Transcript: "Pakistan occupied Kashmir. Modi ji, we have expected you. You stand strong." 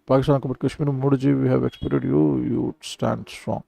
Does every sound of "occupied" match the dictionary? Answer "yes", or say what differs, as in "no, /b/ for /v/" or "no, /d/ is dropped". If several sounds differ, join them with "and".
no, /b/ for /p/